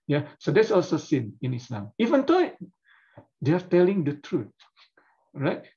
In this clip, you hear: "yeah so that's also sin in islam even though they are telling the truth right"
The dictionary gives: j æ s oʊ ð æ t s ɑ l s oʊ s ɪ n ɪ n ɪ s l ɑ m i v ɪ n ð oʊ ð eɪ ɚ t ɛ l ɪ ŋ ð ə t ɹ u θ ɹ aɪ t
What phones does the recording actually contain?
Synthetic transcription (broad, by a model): j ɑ s oʊ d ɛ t s ɑ l s oʊ s ɪ n ɪ n ɪ s l ɑ m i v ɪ n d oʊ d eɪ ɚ t ɛ l ɪ ŋ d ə t ɹ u t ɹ aɪ t